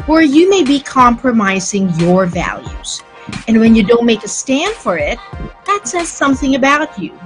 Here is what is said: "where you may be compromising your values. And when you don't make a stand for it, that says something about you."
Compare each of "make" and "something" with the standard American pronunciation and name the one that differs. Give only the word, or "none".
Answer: none